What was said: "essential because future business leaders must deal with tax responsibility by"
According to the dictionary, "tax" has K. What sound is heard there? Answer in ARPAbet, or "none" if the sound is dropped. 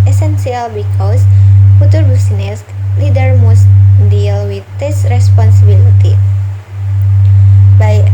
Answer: none